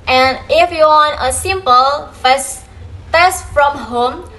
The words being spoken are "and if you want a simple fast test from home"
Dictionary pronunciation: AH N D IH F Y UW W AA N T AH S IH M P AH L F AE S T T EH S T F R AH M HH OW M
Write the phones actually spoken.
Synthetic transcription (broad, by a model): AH N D IH F Y UW W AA N AH S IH M P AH L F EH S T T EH S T F R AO M HH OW M